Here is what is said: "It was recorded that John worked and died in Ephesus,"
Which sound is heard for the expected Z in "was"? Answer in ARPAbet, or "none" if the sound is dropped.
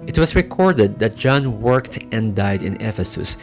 S